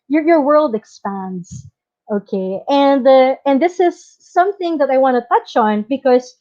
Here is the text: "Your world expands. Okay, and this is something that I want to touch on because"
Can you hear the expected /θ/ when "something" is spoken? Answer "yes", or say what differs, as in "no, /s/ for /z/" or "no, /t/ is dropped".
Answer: yes